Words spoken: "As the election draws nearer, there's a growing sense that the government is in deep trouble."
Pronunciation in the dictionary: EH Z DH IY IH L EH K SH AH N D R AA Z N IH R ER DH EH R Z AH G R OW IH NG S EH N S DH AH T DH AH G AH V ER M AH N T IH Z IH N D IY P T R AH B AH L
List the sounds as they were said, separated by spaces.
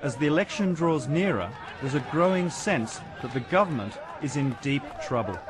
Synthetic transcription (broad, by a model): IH Z DH IY IH L EH K SH AH N D R AA Z N IH R ER DH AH R Z AH G R OW IH NG S EH N S DH AH T DH AH G AH V ER M AH N T IH Z IH N D IY P T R AH B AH L